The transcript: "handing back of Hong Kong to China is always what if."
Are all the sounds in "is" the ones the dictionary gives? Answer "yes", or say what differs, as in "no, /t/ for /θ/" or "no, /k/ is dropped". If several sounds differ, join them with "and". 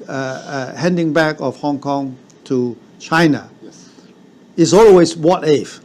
no, /s/ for /z/